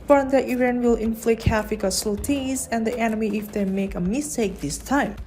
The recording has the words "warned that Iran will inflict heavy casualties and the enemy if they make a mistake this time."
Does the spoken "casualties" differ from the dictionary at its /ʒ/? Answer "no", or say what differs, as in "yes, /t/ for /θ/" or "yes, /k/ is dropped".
yes, /s/ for /ʒ/